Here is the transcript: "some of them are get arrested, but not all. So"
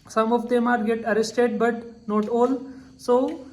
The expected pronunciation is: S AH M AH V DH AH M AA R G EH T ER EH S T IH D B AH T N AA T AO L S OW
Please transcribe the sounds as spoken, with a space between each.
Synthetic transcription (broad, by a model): S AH M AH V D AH M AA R G EH T ER EH S T IH D B AH T N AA T AO L S OW